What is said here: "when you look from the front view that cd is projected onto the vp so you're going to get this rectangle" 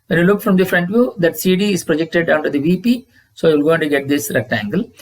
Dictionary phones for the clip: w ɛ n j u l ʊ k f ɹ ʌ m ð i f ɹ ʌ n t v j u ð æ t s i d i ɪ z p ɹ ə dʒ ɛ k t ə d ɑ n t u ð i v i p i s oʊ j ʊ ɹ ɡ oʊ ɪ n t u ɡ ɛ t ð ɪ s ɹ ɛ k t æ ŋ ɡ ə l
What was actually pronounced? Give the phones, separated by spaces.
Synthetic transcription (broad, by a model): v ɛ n j u l ʊ k f ɹ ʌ m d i f ɹ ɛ n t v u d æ t s i d i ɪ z p ɹ ə dʒ ɛ k t ə d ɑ n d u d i v i p i s oʊ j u l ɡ oʊ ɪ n t u ɡ ɛ t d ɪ s ɹ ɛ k t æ ŋ ɡ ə l